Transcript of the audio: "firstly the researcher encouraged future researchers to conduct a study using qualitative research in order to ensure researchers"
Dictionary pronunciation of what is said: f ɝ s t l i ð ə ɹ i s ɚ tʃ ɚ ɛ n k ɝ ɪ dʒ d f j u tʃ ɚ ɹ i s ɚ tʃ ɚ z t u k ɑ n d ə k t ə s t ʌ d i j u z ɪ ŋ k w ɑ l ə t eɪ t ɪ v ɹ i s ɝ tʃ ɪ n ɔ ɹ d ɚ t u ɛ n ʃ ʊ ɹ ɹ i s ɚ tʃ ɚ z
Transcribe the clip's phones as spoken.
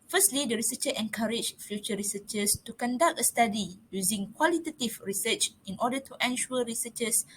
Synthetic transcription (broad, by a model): f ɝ s t l i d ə ɹ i s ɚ tʃ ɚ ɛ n k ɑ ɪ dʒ f j u tʃ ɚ ɹ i s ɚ tʃ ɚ s t u k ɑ n d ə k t ə s t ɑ d i j u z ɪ ŋ k w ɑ l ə t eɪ t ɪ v ɹ i s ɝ tʃ ɪ n ɔ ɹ d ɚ t u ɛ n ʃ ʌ l ɹ i s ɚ tʃ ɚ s